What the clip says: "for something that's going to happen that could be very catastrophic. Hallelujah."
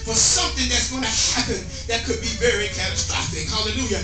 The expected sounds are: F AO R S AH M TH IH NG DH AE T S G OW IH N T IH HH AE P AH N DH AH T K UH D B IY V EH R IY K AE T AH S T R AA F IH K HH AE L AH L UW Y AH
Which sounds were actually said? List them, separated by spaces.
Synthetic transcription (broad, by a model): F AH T S AH M TH IH NG DH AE T S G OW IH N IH HH AE P AH N DH AH T K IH D B IY V EH R IY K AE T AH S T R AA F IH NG HH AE L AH L UW Y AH